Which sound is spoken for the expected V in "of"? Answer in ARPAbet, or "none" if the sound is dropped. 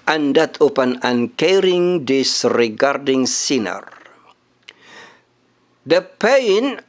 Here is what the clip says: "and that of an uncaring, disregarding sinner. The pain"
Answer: P